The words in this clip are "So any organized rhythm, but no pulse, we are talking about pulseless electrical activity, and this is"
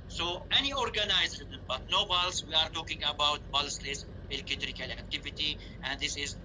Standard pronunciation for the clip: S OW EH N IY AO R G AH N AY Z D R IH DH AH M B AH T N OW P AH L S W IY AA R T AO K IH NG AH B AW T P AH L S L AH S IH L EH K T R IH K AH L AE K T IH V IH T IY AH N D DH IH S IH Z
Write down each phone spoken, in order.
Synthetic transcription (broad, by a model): S OW EH N IY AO R G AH N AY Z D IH AH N B AH T N OW B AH L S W IY AA R T AO K IH NG AH B AW T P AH L S L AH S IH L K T R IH K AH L AE K T IH V IH T IY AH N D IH S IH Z